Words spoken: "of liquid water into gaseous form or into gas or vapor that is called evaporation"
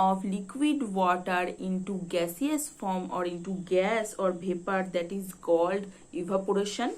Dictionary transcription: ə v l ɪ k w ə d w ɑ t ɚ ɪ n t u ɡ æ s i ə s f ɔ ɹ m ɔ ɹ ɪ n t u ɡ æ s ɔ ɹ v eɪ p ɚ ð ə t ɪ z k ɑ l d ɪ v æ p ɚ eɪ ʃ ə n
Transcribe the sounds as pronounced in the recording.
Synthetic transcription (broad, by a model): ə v l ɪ k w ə d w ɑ t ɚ ɪ n t u ɡ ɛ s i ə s f ɔ ɹ m ɔ ɹ ɪ n t u ɡ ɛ s ɔ ɹ b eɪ p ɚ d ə t ɪ z k ɑ l d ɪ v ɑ p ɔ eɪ ʃ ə n